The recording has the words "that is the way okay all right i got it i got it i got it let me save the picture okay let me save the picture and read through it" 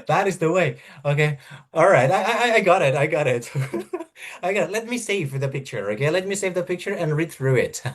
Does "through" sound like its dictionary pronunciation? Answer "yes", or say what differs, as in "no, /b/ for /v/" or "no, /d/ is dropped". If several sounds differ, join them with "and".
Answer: yes